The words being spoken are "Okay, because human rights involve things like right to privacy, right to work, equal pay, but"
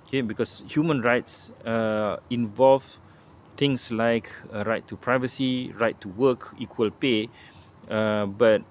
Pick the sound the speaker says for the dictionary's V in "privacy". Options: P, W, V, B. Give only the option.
V